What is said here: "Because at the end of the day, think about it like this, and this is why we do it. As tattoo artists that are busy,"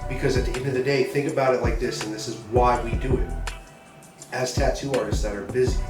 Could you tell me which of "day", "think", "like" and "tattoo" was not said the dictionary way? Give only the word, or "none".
none